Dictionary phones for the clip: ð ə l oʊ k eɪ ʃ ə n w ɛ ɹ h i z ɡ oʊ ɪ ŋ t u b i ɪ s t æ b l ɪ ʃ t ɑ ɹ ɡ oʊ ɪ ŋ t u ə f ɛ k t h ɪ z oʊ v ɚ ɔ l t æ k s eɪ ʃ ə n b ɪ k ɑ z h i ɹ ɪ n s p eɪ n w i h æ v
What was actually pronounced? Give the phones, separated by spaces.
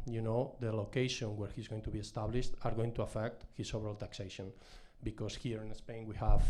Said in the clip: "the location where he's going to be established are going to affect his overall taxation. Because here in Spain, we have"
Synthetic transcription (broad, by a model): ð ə l oʊ k eɪ ʃ ə n w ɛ ɹ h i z ɡ oʊ ɪ ŋ t u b i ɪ s t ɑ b l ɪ ʃ t ɑ ɹ ɡ oʊ ɪ ŋ t u ə f ɛ k t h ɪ s oʊ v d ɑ l t æ k s eɪ ʃ ə n b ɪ k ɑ s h i ɹ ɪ n s p eɪ n w i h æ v